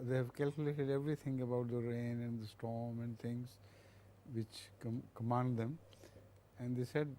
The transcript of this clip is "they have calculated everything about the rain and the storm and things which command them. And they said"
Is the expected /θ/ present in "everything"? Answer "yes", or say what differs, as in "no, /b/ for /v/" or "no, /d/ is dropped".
no, /t/ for /θ/